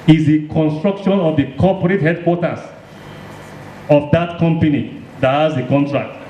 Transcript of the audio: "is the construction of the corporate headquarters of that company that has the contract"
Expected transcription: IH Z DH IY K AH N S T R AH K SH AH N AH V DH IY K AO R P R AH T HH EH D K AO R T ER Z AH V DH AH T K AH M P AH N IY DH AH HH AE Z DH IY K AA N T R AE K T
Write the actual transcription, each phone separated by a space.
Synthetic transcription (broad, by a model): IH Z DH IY K AH N S T R AH K SH AH N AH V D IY K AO P R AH T HH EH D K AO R T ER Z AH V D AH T K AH M P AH N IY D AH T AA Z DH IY K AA N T R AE K T